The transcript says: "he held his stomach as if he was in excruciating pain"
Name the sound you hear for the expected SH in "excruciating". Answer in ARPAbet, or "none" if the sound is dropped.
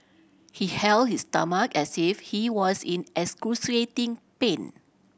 S